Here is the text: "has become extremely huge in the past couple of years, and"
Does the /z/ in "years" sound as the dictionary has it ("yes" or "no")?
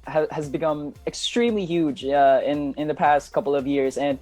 yes